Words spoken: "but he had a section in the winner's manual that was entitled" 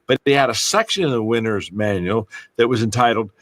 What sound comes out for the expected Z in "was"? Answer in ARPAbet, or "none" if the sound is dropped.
Z